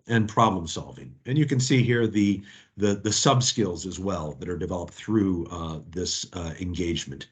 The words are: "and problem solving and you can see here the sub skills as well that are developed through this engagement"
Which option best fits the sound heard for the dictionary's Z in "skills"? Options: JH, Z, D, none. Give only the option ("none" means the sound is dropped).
Z